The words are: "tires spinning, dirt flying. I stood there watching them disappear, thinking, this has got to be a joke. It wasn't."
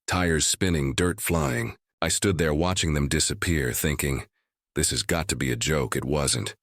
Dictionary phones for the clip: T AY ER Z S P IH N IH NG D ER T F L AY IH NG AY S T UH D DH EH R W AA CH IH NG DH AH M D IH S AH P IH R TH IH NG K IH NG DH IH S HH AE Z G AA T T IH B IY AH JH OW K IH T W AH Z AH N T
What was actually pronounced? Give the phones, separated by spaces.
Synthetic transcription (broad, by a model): T AY ER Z S P IH N IH NG D ER T F L AY IH NG AY S T UH D DH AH R W AA CH IH NG DH AH M D IH S AH P IH R TH IH NG K IH NG DH IH S HH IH Z G AA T T IH B IY AH JH OW K IH T W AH Z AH N T